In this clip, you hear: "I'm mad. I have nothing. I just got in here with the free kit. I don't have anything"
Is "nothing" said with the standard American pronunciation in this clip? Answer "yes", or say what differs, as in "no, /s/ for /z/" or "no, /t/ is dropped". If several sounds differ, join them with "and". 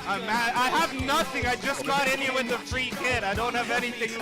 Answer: yes